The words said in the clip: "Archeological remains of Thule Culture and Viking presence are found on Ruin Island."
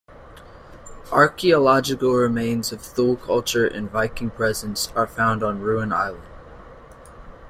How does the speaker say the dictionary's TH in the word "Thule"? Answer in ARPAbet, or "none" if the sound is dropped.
TH